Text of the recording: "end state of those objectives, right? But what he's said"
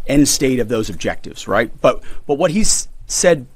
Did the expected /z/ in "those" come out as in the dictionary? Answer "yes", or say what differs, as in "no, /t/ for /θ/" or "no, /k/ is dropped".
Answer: yes